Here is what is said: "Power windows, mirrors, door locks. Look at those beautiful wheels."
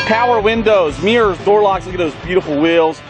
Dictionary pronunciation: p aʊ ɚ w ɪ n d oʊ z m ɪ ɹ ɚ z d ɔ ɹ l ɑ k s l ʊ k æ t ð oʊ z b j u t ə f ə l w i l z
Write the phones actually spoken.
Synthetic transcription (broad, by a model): p aʊ ɚ w ɪ n d oʊ z m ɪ ɹ z d ɔ ɹ l ɑ k s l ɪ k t ð oʊ z b j u t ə f l w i l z